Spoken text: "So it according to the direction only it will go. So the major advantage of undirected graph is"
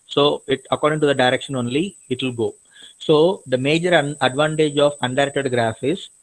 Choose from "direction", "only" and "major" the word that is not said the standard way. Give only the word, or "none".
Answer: none